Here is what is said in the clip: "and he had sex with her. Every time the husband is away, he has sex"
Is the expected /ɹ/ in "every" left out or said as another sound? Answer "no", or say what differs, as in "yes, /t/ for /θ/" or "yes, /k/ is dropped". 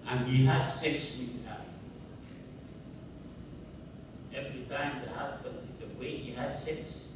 no